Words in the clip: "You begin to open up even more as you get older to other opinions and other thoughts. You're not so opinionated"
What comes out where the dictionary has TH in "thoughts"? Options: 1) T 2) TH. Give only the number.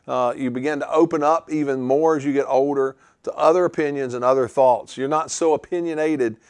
2